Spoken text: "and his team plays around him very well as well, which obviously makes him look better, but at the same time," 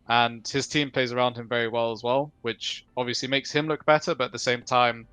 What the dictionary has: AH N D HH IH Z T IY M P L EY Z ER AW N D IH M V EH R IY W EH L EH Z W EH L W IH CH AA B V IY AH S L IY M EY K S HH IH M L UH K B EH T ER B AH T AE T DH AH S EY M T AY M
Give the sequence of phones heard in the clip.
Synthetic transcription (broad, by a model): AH N HH IH Z T IY M P L EY Z ER AW N D IH M V EH R IY W EH L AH Z W EH L W IH CH AA B V IY AH S L IY M EY K S HH IH M L UH K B EH T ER B AH T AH T DH AH S EY M T AY M